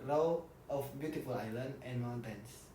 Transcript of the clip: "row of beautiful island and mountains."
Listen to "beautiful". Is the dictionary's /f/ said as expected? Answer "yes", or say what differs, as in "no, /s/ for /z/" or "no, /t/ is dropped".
yes